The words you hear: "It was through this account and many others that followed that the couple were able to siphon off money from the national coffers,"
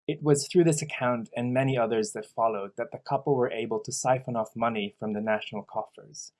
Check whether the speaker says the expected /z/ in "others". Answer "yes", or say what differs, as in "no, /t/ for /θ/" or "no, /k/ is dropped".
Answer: yes